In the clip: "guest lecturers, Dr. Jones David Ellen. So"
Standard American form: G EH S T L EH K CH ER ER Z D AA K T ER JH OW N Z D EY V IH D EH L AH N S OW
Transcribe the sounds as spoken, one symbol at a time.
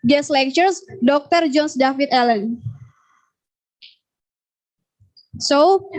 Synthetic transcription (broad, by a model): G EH S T L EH K CH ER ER S D AA K T ER JH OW N S D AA F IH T EH L AH N S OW